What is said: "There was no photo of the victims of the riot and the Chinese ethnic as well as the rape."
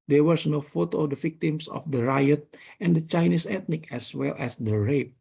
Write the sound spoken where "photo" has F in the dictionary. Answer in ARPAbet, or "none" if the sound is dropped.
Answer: F